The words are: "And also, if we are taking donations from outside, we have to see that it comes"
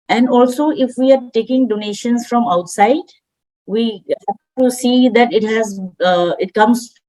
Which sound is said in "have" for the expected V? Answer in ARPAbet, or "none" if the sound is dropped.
P